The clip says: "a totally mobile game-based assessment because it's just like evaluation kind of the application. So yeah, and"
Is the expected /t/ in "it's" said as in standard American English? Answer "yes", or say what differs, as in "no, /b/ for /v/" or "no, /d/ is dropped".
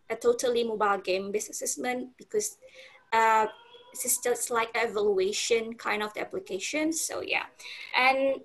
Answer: no, /s/ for /t/